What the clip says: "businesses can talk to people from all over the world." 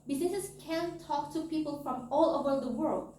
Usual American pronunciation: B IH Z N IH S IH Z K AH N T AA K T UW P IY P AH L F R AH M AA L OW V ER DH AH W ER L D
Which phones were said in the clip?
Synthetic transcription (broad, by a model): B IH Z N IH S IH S K AH N T AA K T UW P IY P AH L F R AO M AA L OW B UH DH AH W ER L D